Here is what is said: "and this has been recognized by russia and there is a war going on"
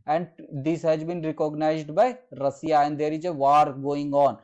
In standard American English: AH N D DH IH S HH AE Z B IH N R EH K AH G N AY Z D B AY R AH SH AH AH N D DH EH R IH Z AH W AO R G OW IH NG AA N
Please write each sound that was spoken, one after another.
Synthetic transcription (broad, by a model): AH N D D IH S HH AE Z B IH N R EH K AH G N AY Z D B AY R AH S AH AH N D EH R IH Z AH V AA R G OW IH NG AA N